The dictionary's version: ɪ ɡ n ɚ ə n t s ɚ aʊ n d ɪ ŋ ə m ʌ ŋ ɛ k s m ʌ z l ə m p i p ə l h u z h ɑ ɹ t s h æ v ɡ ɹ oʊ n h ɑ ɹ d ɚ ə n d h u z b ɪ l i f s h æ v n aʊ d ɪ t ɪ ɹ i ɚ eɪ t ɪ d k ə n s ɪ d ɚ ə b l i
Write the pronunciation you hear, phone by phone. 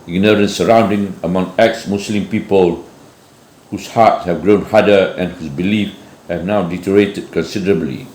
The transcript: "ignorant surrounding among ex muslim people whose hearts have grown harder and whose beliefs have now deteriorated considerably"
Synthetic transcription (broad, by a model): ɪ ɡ n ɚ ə n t s ɚ aʊ n d ɪ ŋ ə m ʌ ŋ ɛ k s m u s l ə m p i p ə l h u s h ɑ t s h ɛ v ɡ ɹ oʊ n h ɑ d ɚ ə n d h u s b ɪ l i f h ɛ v n aʊ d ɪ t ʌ ɹ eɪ t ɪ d k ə n s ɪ d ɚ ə b l i